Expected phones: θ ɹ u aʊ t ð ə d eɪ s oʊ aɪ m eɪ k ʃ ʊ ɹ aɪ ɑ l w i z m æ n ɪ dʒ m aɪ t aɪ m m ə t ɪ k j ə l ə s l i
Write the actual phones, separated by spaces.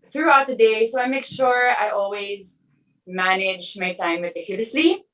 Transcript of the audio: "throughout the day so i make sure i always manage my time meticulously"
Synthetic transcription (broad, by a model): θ ɹ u aʊ t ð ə d eɪ s oʊ aɪ m eɪ k ʃ ʊ ɹ aɪ ɑ l w i z m æ n ɪ dʒ m aɪ t aɪ m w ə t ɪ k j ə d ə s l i